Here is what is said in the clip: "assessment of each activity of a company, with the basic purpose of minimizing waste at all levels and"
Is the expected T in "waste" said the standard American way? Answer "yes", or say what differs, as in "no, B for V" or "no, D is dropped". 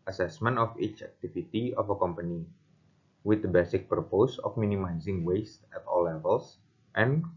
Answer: yes